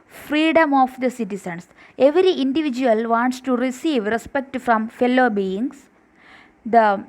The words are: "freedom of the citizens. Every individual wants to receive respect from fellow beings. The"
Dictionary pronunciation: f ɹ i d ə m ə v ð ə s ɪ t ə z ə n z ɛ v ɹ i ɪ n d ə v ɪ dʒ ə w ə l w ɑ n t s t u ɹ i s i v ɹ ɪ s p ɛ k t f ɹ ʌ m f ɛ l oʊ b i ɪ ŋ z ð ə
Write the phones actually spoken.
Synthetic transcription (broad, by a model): f ɹ i d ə m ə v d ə s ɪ t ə s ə n s ɛ v ɹ i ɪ n d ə v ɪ dʒ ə ə l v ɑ n t s t u ɹ i s i v ɹ ɪ s p ɛ k t f ɹ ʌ m f ɛ l oʊ b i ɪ ŋ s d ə